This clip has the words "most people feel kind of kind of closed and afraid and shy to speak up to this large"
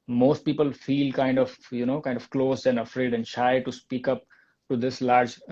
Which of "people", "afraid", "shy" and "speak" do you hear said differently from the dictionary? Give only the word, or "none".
none